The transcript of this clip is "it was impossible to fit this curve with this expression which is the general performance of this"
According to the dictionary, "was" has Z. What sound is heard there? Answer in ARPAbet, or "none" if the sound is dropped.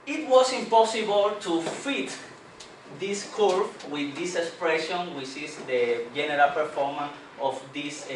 S